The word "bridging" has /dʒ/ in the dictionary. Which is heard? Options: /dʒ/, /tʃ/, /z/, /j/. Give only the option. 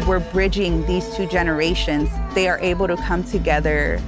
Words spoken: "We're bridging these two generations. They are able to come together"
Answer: /dʒ/